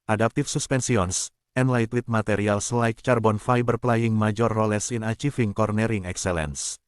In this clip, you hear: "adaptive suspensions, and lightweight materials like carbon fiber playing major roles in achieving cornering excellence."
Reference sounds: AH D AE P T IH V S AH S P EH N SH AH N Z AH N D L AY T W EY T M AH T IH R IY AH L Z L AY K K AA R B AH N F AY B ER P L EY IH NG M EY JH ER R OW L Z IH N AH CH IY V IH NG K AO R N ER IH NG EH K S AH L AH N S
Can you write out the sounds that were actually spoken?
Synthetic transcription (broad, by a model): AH D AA P T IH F S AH S P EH N S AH N S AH N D L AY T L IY T M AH T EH R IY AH L S L AY K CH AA R B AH N F AY B ER P L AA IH NG M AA JH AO R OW L S IH N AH CH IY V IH NG K AO R N ER IH NG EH K S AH L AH N S